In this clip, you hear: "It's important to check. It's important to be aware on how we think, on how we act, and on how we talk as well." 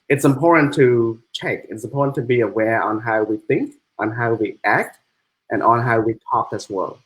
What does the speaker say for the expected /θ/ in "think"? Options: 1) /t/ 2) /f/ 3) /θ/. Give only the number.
3